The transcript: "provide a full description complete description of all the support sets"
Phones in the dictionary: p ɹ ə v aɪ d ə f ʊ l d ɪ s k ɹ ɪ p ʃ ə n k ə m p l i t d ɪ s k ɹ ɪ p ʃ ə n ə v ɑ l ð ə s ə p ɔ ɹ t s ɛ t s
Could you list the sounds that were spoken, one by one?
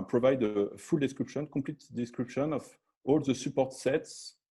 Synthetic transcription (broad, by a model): p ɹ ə v aɪ d ə f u l d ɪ s k ɹ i p ʃ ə n k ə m p l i t d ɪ s k ɹ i p ʃ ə n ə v ɑ l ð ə s ə p ɔ ɹ t s ɛ t s